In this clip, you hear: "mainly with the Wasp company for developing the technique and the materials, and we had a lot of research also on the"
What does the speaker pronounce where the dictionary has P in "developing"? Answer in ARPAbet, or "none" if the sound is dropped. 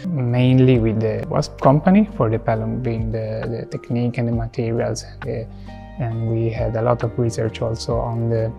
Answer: B